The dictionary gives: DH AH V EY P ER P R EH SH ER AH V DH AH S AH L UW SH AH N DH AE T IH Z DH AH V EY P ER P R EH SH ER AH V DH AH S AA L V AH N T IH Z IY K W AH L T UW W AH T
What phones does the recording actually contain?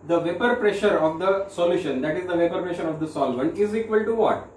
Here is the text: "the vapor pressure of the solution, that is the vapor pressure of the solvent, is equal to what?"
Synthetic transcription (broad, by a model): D AH V EY P ER P R EH SH ER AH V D AH S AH L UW SH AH N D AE T IH Z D AH V EY P ER P R EH SH ER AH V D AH S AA L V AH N IH Z IY K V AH L T UW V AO T